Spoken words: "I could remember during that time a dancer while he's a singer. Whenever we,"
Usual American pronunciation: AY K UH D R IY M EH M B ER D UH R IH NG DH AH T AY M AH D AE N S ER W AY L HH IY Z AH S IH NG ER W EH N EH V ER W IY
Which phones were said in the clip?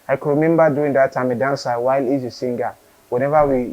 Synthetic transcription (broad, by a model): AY K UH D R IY M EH M B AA D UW IH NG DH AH T AY M AH D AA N S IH W AY L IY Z AH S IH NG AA W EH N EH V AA W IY